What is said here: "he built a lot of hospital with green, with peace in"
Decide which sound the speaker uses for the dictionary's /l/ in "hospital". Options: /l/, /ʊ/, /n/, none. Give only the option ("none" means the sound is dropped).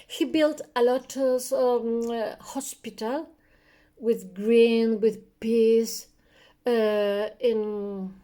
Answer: /l/